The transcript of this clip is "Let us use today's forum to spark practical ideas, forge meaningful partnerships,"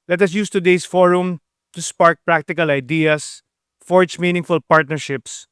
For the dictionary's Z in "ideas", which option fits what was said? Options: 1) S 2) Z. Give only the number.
1